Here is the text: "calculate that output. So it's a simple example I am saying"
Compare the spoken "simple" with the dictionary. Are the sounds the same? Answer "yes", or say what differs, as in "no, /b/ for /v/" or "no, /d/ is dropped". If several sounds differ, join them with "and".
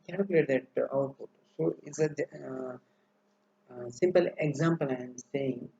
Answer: yes